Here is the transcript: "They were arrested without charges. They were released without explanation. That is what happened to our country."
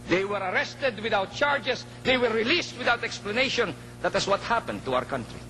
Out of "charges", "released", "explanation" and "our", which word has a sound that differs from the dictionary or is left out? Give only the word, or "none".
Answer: charges